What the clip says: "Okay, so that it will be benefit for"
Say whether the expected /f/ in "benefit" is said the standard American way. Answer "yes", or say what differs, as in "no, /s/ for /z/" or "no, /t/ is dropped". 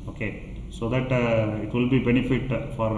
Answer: yes